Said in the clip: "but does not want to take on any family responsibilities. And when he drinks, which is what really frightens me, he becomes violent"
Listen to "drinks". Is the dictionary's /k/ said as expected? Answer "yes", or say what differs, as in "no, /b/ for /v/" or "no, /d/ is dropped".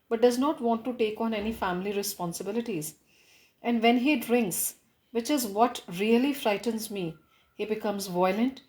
yes